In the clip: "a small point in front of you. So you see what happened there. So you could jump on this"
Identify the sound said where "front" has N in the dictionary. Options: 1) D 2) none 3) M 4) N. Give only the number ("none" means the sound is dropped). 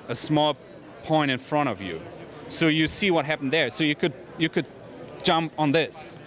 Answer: 2